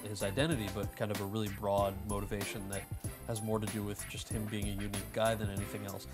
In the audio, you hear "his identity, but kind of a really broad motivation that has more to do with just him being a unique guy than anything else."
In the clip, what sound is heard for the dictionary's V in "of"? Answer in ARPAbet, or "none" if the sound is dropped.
V